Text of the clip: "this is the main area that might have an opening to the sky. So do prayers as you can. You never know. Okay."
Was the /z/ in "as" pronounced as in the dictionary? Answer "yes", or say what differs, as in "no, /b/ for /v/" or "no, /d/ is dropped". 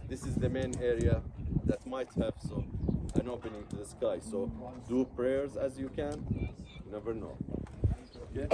yes